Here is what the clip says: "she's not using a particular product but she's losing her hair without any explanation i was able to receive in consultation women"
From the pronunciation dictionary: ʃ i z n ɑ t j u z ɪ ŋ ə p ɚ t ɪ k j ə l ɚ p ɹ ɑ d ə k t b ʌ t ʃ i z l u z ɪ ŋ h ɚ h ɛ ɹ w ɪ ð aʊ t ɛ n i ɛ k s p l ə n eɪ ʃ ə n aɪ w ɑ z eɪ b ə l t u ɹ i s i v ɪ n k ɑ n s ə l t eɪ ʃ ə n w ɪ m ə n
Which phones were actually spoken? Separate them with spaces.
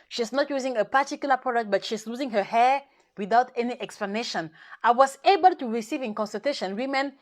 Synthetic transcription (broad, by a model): ʃ i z n ɑ t j u z ɪ ŋ ə p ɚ t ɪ k j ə l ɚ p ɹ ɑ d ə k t b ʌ t ʃ i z l u z ɪ ŋ h ɚ h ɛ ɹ w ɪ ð aʊ t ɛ n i ɛ k s p l ə n eɪ ʃ ə n aɪ w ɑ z eɪ b ə l t u ɹ i s i v ɪ n k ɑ n s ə t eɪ ʃ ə n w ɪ m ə n